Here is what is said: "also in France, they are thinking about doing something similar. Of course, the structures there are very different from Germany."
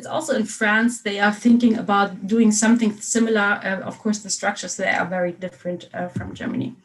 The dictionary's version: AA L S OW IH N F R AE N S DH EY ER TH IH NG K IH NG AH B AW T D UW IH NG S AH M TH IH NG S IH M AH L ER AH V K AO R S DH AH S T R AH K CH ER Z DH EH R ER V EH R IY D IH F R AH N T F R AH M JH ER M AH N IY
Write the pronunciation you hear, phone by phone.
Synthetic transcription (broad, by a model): AA L S OW IH N F R AE N S DH EY ER TH IH NG K IH NG AH B AW T D UW IH NG S AH M TH IH NG S IH M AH L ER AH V K AO R S DH AH S T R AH K CH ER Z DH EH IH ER V EH R IY D IH F R AH N T F R AH M JH ER M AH N IY